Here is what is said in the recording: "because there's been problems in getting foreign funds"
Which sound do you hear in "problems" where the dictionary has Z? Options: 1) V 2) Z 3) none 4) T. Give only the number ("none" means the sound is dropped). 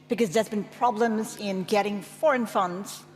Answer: 2